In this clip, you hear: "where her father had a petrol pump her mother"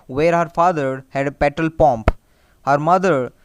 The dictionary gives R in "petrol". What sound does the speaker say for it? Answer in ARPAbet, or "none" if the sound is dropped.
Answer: none